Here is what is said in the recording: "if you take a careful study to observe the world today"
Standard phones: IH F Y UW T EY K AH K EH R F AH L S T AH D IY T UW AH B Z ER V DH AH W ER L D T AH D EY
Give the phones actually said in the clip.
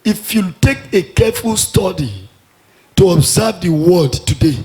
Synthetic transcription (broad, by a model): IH F Y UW T EY K AH K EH F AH L S T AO D IY T UW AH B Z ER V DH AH W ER D T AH D EY